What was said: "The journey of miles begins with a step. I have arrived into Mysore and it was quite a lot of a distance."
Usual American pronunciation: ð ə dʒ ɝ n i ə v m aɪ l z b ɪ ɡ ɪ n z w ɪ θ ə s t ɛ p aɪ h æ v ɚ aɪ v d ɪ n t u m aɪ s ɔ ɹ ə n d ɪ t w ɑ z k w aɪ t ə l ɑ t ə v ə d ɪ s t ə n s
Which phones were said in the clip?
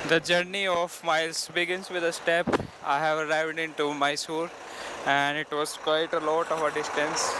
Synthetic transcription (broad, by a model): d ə dʒ ɝ n i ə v m aɪ l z b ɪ ɡ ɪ n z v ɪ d ə s t ɛ p aɪ h æ v ɚ aɪ v d ɪ n t u m aɪ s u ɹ ə n d ɪ t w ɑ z k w aɪ t ə l ɑ t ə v ə d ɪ s t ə n s